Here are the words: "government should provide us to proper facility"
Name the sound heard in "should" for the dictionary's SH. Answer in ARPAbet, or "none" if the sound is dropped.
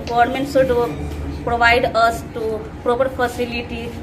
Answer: S